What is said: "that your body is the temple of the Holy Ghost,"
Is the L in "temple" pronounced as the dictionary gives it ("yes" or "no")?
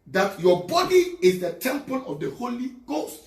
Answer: no